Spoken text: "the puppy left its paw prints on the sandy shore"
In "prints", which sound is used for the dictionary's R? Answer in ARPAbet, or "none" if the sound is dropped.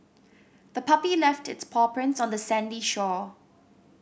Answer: R